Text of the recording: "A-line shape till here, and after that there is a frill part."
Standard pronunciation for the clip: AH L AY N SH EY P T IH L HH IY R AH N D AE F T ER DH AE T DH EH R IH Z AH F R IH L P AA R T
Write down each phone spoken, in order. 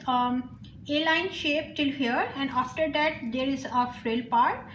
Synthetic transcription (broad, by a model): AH L AY N SH EY P T IH L HH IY R AH N D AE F T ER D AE T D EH R IH Z AH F R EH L P AA R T